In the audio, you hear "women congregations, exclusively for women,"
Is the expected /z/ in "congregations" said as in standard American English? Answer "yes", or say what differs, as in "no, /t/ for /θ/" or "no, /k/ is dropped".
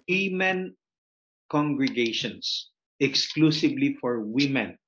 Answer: no, /s/ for /z/